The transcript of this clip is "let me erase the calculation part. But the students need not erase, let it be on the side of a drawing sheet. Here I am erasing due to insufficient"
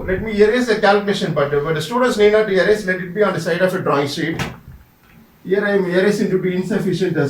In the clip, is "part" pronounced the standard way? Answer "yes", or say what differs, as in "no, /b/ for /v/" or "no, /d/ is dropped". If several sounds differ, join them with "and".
no, /b/ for /p/